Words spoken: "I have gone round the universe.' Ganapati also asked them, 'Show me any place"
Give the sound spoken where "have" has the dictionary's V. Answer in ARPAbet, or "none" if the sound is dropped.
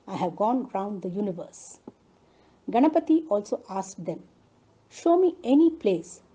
V